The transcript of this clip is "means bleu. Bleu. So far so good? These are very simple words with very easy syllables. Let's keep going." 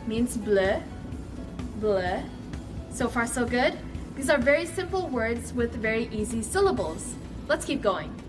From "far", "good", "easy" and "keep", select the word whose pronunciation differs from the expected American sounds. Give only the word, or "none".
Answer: none